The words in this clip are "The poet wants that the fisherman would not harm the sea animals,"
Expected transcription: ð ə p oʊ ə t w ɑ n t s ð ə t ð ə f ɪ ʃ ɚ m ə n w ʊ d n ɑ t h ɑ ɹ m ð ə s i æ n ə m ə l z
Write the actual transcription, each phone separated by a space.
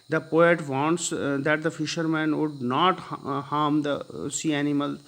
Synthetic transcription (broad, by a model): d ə p oʊ ə t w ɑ n t s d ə t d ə f ɪ ʃ ɚ m ə n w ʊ d n ɑ t h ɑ m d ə s i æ n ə m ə l